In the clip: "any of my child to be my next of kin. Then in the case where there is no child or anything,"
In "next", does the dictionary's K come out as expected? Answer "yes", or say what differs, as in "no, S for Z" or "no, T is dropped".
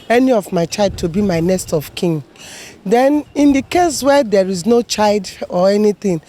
no, K is dropped